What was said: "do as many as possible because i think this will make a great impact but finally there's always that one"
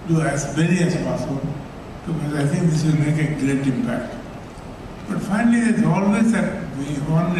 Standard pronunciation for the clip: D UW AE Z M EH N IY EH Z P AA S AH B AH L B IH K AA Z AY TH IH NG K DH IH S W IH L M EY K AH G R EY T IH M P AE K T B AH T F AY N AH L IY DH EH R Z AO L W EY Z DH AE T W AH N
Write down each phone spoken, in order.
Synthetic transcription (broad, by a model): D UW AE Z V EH L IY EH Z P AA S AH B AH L B IH K AA Z AY T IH NG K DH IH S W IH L M EY K AH G R EY T IH M P AE K T B AH T F AY N AH L IY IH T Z AO L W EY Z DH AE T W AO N